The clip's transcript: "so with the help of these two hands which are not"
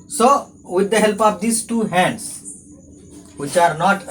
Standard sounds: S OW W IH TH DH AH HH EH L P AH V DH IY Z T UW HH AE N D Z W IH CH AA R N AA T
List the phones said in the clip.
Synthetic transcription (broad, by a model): S OW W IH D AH HH EH L P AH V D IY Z T UW HH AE N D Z W IH CH AA R N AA T